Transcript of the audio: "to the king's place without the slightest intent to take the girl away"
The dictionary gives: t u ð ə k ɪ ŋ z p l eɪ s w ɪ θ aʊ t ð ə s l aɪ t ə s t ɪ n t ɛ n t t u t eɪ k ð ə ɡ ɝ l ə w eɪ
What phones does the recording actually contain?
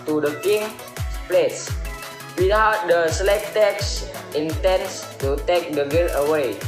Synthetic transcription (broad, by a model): t u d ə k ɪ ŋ p l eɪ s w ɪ t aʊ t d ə s l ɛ t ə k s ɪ n t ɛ n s t u t eɪ k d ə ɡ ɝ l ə w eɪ